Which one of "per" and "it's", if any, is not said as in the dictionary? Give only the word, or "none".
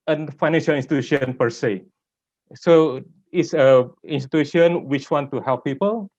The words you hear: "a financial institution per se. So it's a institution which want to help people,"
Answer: none